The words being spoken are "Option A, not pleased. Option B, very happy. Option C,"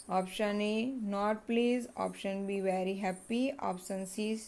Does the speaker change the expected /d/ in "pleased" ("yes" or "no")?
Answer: yes